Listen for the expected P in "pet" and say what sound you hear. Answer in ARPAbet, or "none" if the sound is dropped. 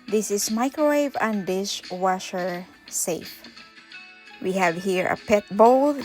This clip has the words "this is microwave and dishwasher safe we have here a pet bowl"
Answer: P